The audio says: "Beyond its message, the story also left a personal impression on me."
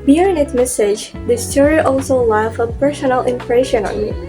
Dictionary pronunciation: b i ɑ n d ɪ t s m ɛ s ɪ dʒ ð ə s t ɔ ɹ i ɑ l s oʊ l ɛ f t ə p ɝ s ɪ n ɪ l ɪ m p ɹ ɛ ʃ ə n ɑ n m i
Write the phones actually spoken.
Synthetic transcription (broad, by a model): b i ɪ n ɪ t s m ɛ s ɪ dʒ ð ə s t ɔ ɹ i ɑ l s oʊ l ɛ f ə p ɝ s ɪ n ɪ l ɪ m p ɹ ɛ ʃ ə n ɑ n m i